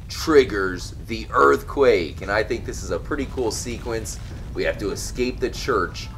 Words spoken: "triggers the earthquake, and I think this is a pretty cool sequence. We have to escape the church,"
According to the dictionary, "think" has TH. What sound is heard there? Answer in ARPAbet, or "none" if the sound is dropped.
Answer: TH